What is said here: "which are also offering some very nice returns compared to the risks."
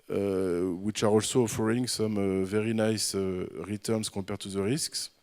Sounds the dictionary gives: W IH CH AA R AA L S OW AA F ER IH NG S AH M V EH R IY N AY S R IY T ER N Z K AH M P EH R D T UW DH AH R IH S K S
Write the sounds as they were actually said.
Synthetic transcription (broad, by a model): W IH CH AA R AA L S OW AA F ER IH NG S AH M V EH R IY N AY S R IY T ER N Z K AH P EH R T UW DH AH R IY S K S